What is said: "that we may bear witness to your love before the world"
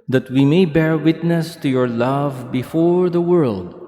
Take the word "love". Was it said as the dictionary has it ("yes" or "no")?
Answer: yes